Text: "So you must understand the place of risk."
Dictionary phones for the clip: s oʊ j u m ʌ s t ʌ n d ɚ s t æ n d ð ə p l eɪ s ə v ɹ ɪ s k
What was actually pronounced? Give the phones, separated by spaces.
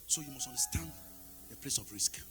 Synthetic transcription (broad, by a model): s oʊ j u m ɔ s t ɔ n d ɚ s t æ n d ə p l eɪ s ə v ɹ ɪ s k